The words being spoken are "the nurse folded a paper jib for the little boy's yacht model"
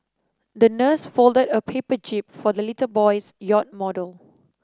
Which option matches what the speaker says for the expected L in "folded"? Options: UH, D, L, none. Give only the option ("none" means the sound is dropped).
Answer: L